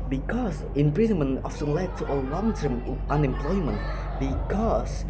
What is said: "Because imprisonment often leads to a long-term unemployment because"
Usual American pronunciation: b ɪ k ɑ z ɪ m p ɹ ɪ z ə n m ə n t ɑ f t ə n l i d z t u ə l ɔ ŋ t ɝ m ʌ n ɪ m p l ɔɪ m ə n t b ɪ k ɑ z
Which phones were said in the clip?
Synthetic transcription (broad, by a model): b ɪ k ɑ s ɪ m p ɹ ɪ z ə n m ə n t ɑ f s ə l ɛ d t u ə l ɔ ŋ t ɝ m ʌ n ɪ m p l ɔɪ m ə n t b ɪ k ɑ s